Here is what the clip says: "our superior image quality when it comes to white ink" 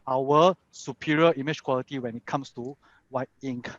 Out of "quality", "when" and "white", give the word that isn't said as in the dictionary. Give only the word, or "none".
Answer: white